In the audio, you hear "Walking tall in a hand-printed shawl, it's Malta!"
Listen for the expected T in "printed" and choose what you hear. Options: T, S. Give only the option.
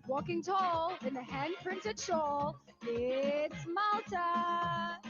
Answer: T